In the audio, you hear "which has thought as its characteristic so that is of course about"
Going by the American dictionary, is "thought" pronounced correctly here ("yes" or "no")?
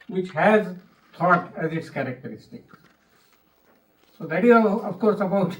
no